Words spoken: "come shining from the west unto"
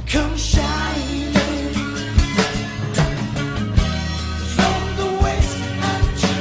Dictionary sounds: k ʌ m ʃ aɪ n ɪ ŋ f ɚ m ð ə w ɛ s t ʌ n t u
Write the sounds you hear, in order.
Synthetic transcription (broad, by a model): k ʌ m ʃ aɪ ɪ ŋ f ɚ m ð ə w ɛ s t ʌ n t